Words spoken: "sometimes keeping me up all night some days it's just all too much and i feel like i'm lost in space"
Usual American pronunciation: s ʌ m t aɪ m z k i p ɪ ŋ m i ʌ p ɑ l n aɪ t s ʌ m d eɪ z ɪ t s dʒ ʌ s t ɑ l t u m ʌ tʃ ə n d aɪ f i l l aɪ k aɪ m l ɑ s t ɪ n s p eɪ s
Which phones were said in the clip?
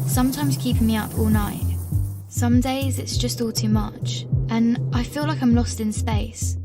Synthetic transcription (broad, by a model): s ʌ m t aɪ m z k i p ɪ ŋ m i ʌ p ɑ l n aɪ t s ʌ m d eɪ z ɪ t s dʒ ʌ s t ɑ l t u m ʌ tʃ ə n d aɪ f i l l aɪ k aɪ m l ɑ s t ɪ n s p eɪ s